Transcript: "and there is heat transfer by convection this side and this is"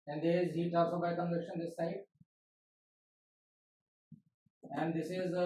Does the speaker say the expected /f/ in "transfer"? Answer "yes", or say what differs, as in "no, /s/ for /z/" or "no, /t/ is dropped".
no, /f/ is dropped